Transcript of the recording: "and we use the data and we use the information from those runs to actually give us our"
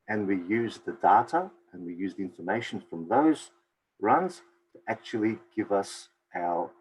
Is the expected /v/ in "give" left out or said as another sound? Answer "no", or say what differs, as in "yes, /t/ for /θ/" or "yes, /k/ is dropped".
no